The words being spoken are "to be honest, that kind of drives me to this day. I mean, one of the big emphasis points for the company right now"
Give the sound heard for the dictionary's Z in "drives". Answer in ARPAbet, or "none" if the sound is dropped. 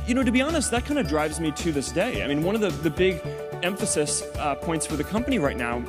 Z